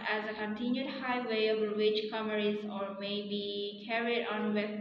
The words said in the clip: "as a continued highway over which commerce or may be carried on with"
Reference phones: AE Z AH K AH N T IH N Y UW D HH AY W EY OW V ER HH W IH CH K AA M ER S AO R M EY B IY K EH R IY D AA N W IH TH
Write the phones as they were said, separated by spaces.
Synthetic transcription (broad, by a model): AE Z AH K AH N T IH N Y UW D HH AY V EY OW B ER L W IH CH K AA M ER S AO R M EY B IY K EH R IY D AA N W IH